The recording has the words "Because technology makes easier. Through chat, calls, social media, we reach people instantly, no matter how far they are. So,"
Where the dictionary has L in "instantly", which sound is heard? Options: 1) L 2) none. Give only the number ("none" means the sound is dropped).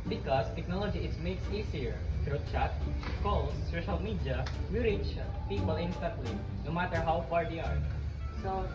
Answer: 1